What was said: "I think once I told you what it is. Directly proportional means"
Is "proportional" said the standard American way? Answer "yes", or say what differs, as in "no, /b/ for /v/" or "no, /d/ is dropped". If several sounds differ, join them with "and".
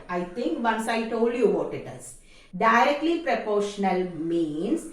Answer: yes